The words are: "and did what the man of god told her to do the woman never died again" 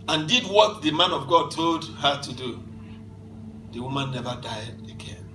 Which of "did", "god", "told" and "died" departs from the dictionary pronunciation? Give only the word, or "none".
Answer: none